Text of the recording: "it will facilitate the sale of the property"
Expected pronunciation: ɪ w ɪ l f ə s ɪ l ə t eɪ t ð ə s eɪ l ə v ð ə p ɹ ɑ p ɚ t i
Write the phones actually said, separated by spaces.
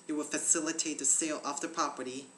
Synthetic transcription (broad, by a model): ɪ w ɪ l f ə s ɪ l ə t eɪ t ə s eɪ l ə f ð ə p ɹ ɑ p ɚ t i